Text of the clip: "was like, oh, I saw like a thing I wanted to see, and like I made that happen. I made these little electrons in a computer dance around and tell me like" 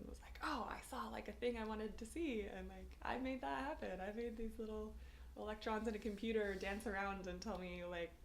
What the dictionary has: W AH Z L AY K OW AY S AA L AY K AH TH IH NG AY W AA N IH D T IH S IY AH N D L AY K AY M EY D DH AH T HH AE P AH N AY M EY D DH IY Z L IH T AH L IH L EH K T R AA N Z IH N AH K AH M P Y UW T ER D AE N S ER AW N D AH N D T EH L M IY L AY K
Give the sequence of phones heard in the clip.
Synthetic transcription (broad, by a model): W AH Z L AY K OW AY S AA L AY K AH TH IH NG AY W AA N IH D T IH S IY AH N L AY K AY M EY D DH AH T HH AE P AH N AY M EY D DH IY Z L IH T L IH L EH K T R AA N Z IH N AH K AH M P Y UW T ER D AE N S ER AW N D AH N T EH L M IY L AY K